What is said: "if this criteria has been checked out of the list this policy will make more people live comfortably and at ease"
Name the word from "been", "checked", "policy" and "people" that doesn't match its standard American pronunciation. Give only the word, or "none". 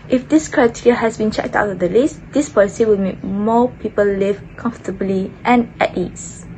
none